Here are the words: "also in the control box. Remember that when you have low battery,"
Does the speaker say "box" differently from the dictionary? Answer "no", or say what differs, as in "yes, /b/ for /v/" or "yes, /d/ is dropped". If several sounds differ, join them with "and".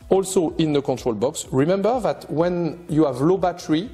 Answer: no